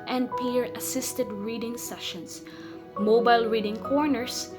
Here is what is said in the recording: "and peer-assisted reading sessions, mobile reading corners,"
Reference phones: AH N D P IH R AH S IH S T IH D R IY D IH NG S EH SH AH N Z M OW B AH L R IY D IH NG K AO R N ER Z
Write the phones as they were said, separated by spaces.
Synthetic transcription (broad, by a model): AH N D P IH R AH S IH S T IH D R IY D IH NG S EH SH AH N S M OW B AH L R IY D IH NG K AO R N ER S